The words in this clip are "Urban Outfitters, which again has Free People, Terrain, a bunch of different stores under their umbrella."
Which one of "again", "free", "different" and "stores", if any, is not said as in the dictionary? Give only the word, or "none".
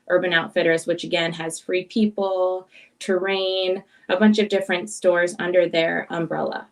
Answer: none